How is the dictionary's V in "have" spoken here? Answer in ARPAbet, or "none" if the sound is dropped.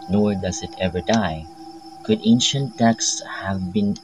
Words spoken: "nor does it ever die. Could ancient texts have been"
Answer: V